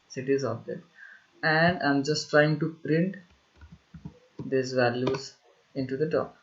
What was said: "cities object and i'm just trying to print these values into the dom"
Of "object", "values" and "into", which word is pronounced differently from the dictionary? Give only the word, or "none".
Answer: object